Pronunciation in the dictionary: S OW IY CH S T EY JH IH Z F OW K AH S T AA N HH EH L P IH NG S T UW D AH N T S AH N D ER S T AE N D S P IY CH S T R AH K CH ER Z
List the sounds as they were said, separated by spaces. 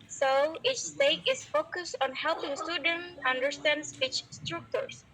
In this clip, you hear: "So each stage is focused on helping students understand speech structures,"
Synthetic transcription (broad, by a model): S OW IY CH S T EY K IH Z F OW K AH S T AA N HH EH L P IH NG S T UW D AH N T AH N D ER S T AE N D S IY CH S T R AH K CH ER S